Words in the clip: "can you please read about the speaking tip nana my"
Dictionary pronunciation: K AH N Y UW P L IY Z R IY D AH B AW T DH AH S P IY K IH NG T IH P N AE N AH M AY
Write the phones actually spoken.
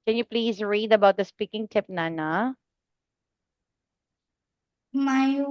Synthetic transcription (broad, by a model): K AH N Y UW P L IY Z R IY D AH B AW T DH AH S P IY K IH NG T IH P N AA N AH M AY